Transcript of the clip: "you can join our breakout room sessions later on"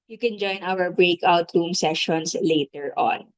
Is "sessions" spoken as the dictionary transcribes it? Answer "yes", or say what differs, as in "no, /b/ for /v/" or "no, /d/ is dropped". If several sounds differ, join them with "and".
no, /s/ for /z/